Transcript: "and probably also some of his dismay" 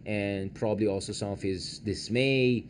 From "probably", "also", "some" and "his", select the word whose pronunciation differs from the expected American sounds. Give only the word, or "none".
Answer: none